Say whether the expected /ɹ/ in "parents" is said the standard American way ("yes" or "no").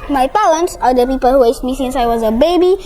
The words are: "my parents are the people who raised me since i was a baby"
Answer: no